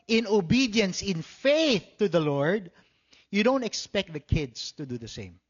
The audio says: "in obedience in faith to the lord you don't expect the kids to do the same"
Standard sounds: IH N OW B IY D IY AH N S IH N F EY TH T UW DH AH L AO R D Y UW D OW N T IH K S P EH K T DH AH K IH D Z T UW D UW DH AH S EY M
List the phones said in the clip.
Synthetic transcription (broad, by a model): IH N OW B IY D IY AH N S IH N F EY TH T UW DH AH L AO R D Y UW D OW N T IH K S P EH K T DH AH K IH D S T UW D UW DH AH S EY M